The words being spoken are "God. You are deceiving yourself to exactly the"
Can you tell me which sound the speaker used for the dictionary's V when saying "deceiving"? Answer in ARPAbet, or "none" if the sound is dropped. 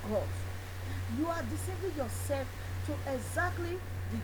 B